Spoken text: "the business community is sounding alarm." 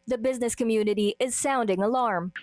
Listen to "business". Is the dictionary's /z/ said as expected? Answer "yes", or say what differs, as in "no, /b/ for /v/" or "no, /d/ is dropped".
yes